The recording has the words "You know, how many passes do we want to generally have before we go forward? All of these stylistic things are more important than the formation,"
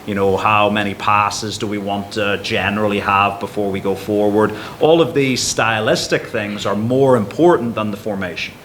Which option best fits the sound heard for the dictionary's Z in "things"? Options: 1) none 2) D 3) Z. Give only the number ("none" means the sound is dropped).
3